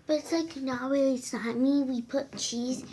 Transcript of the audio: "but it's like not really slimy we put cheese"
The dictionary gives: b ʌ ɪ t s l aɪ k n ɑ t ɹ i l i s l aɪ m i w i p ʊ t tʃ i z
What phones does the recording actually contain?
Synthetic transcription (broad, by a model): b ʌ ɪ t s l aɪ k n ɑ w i i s aɪ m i w i p ʊ t tʃ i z